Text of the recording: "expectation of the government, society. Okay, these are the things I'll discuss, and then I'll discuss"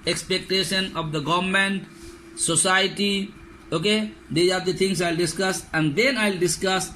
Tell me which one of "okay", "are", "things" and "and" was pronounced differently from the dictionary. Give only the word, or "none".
things